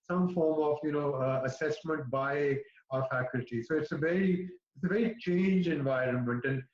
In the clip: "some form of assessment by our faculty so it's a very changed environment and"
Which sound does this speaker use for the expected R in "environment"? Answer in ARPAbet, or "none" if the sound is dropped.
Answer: R